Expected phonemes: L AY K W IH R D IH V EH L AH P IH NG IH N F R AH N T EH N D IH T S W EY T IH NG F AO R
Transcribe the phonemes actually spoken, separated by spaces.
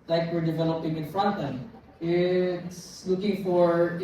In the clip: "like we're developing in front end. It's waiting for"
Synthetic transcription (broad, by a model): L AY K W IH R D IH V EH L AH P IH NG IH N F R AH N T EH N IH T S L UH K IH NG F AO R